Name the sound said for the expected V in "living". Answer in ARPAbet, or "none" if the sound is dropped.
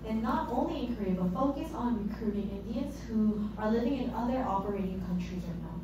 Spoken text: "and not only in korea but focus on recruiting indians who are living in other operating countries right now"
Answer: V